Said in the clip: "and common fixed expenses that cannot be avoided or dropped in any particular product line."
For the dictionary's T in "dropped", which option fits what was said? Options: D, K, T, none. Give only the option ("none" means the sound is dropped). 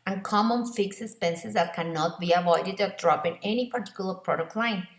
none